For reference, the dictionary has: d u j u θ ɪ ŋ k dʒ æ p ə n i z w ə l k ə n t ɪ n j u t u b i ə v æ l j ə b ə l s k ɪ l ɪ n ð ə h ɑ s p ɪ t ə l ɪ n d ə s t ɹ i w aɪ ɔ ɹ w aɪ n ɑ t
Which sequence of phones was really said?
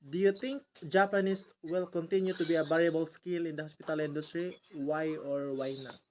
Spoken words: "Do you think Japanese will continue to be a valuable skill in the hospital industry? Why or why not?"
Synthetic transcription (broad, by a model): d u j u t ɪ ŋ k dʒ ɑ p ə n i s w ə l k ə n t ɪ n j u t u b i ə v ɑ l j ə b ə l s k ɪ l ɪ n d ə h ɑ s p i t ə l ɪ n d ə s t ɹ i w aɪ ɔ ɹ w aɪ n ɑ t